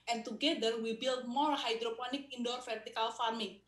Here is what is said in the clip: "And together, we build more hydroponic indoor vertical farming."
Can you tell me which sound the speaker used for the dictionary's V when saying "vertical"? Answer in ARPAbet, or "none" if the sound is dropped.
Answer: F